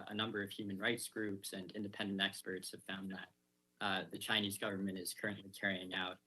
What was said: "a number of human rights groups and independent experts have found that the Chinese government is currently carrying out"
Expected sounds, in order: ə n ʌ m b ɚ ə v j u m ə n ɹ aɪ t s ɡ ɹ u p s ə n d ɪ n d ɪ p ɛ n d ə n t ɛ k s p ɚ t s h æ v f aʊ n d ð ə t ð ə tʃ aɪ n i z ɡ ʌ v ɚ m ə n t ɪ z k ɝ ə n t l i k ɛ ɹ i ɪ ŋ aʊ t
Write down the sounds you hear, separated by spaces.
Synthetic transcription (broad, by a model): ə n ʌ m b ɚ ə v j u m ə n ɹ aɪ t s ɡ ɹ u p s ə n ɪ n d ɪ p ɛ n d ə n t ɛ k s p ɚ t s h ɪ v f aʊ n ð ə t ð ə tʃ aɪ n i z ɡ ʌ v ɚ m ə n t ɪ z k ɝ ə n t l i k ɛ ɹ i ɪ ŋ aʊ t